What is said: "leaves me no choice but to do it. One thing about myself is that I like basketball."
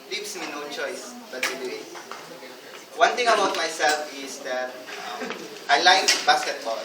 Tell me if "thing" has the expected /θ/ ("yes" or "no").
no